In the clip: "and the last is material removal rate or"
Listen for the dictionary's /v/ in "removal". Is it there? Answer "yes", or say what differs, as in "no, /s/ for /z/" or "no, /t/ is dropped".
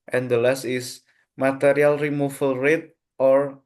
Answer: no, /f/ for /v/